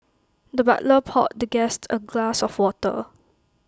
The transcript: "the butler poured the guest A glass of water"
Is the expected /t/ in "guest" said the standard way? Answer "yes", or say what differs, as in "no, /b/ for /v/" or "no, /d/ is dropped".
yes